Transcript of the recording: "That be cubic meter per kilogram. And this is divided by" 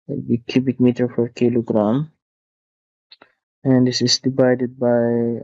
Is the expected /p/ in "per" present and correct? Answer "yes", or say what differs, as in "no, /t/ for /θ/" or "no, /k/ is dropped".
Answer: no, /f/ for /p/